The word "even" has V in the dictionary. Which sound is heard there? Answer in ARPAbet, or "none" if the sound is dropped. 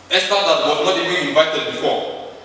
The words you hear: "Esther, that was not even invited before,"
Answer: B